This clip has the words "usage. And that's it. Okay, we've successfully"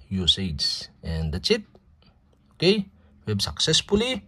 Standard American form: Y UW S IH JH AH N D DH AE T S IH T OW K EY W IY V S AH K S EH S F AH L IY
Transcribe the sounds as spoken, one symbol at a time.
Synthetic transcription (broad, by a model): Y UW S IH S AH N D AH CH IH T OW K EY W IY B S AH K S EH S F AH L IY